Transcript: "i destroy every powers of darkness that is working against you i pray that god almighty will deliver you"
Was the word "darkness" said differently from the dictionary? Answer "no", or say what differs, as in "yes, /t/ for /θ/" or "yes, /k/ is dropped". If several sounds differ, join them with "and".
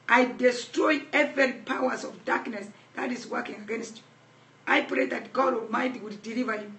no